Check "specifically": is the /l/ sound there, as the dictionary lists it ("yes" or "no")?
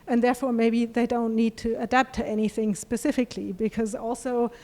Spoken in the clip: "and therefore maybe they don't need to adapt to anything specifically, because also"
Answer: yes